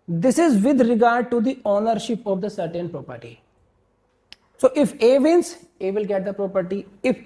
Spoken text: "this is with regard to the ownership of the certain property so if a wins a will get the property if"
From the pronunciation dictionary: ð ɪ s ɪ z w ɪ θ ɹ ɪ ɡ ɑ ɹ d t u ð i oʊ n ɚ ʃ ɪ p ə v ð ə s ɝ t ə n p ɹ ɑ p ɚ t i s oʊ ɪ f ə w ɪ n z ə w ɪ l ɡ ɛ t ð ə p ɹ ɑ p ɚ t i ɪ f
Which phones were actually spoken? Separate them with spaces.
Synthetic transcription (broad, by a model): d ɪ s ɪ z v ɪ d ɹ ɪ ɡ ɑ ɹ d t u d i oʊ n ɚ ʃ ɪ p ə v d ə s ɝ t ə n p ɹ ɑ p ɚ t i s oʊ ɪ f ə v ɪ n s ə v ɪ l ɡ ɛ t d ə p ɹ ɑ p ɚ t i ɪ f